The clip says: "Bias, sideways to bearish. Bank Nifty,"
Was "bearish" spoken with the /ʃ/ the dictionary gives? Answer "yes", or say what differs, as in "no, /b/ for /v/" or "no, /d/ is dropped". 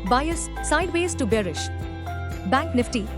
yes